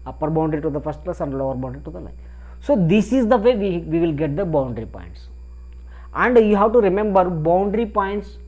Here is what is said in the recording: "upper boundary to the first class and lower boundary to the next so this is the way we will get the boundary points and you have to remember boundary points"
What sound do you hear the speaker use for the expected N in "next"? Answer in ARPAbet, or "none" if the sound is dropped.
L